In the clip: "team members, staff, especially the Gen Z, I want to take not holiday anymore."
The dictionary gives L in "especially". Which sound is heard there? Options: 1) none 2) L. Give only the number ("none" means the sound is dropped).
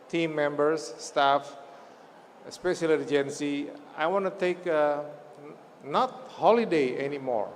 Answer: 1